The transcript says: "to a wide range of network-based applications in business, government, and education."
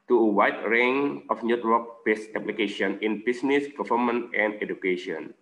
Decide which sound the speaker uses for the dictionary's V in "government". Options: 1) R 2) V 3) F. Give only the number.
3